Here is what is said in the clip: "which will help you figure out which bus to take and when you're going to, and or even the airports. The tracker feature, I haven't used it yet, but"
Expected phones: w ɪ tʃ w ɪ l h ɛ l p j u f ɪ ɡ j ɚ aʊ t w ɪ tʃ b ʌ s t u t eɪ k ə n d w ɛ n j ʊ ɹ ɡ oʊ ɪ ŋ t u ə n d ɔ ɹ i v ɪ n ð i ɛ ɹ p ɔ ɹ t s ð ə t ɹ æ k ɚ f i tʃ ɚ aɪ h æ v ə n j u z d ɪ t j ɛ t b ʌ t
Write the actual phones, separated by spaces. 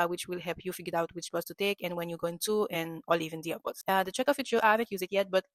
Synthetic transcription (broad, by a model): w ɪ tʃ w ɪ l h ɛ l p j u f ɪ ɡ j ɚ aʊ t w ɪ tʃ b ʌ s t u t eɪ k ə n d w ɛ n j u ɡ oʊ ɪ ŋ t u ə n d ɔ l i v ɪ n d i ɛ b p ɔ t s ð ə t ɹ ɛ k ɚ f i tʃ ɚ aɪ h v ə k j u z ɪ t j ɛ t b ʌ t